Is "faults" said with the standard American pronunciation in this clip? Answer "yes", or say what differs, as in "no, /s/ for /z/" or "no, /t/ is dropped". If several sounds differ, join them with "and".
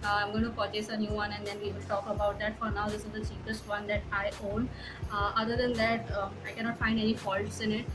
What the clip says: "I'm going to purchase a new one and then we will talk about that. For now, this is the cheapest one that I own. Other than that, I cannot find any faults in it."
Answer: yes